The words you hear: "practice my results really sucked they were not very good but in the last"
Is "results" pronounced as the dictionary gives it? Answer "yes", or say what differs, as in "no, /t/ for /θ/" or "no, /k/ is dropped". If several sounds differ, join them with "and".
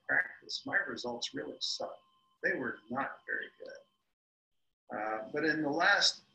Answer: yes